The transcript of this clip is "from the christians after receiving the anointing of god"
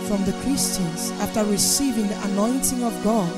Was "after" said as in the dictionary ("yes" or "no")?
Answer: yes